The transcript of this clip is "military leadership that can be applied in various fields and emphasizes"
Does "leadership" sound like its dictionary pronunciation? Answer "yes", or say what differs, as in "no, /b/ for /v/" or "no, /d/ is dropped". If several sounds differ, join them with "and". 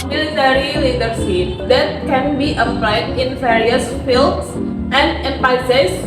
no, /s/ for /ʃ/